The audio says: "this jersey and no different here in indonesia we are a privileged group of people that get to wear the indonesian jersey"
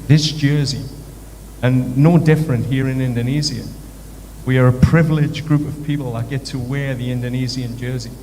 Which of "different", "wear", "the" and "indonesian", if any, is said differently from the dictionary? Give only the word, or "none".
indonesian